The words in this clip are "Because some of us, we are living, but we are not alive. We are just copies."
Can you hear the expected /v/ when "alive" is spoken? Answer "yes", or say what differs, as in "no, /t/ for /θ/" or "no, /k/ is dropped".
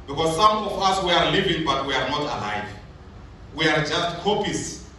yes